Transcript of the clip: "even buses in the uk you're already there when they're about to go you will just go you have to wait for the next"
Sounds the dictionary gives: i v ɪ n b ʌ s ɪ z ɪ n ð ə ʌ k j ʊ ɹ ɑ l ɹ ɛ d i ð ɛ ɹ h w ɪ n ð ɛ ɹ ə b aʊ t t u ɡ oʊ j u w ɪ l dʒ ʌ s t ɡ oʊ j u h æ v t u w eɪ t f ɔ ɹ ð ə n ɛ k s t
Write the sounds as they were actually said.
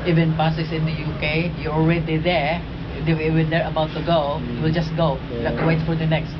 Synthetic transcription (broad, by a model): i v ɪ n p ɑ s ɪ s ɪ n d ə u k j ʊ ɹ ɑ l ɹ ɛ d i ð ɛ ɹ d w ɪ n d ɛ ɹ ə b aʊ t t u ɡ oʊ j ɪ w ɪ l dʒ ʌ s t ɡ oʊ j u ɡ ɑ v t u w eɪ t f ɔ ɹ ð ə n ɛ k s t